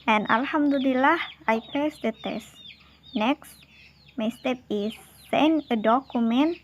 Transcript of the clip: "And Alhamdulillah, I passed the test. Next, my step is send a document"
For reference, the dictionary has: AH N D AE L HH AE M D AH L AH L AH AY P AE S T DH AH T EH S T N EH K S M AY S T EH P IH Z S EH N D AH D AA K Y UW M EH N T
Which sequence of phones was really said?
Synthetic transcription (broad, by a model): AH N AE L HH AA M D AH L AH L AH AY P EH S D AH T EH S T N EH K S M AY S T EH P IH S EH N AH D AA K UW M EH N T